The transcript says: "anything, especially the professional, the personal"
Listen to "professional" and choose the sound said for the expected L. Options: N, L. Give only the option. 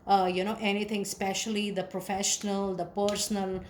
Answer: L